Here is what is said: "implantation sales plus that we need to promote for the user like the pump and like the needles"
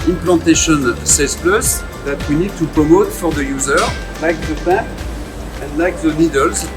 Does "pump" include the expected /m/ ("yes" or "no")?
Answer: no